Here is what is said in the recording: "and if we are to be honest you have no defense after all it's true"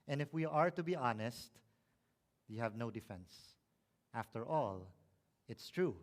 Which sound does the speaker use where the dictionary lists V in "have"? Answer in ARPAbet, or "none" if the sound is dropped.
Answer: V